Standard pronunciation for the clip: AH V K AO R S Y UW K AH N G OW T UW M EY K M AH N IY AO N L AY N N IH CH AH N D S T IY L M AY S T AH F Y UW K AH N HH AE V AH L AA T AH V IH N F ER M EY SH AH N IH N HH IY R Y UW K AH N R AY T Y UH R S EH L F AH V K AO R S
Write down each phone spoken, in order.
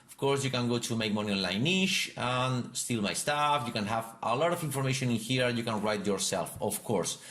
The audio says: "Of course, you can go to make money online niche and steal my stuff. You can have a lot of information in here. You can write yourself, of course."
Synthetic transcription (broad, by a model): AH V K AO R S Y UW K AH N G OW T UW M EY K M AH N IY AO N L AY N N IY SH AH N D S T IY L M AY S T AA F Y UW K AH N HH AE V AH L AA T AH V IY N F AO M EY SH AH N IH N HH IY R Y UW K AH N R AY T Y UH R S EH L F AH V K AO R S